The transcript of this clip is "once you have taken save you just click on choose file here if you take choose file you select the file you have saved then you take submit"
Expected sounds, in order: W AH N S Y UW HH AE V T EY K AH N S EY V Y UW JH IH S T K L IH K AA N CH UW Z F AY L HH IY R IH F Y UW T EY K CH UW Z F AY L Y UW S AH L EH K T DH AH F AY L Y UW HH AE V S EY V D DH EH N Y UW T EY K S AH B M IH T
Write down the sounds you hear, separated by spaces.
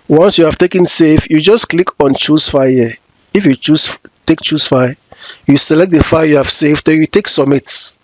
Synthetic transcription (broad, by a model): W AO N S Y UW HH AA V T EY K AH N S EY F Y UW JH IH S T K L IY K AA N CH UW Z F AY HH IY IH F Y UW T EY K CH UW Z F AY Y UW S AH L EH K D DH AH F AY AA Y UW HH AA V S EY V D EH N Y UW T EY K S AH M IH T